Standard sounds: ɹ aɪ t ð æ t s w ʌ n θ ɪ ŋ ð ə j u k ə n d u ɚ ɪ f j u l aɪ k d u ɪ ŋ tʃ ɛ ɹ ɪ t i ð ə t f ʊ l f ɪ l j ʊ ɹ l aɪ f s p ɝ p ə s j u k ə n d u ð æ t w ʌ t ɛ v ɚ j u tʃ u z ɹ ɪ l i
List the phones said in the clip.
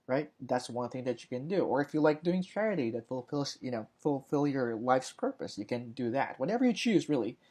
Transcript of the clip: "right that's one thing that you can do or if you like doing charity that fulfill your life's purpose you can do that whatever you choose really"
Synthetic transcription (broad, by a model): ɹ aɪ t ð æ t s w ʌ n θ ɪ ŋ ð ə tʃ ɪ k ə n d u ɚ ɪ f j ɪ l aɪ k d u ɪ ŋ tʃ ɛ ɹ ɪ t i ð ə t f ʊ l f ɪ l j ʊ ɹ l aɪ f s p ɝ p ə s j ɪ k ə n d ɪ ð æ t w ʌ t ɛ v ɚ j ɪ tʃ u z ɹ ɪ l i